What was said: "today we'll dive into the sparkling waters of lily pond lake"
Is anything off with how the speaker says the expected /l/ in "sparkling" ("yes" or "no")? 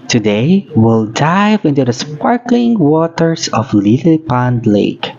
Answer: no